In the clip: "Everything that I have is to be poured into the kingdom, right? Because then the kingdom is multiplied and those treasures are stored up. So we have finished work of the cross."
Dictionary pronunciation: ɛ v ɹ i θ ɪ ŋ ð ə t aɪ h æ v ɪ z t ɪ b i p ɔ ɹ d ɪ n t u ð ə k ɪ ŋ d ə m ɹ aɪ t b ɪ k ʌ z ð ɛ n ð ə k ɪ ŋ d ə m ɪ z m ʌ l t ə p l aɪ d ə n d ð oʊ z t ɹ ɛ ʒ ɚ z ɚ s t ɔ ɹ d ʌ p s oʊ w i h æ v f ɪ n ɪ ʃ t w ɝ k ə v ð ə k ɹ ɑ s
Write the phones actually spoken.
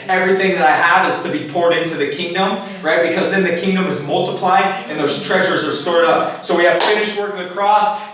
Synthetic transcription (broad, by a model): ɛ v ɹ i θ ɪ ŋ ð ə t aɪ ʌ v ɪ z t ɪ b i p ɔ ɹ d ɪ n t u ð ə k ɪ ŋ d ə m ɹ aɪ t b ɪ k ʌ z ð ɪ n ð ə k ɪ ŋ d ə m ɪ z m ʌ l t ə p l aɪ d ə n ð oʊ z t ɹ ɛ ʒ ɚ z ɚ s t ɔ ɹ d ʌ p s oʊ w i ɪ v f ɪ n ɪ ʃ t w ɝ k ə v ð ə k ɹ ɑ s